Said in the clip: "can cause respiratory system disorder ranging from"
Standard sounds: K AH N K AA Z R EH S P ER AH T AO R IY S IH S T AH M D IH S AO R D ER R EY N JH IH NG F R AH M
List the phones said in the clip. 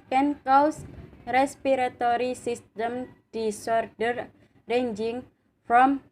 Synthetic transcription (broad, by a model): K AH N K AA S R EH S P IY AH T AO R IY S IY S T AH M D IH S AO R D ER R EY N JH IH NG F R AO M